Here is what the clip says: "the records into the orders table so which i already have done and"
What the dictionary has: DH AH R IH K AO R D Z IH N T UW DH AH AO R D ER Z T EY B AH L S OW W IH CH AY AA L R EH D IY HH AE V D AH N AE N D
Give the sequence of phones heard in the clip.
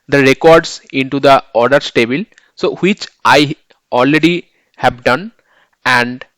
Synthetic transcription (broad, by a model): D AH R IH K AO R D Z IH N T UW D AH AO R D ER S T EY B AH L S OW W IH CH AY AA L R EH D IY HH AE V D AH N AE N D